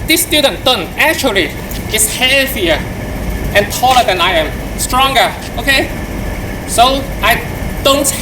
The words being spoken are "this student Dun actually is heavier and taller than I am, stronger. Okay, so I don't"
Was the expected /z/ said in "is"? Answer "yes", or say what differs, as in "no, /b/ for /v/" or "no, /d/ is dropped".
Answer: no, /s/ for /z/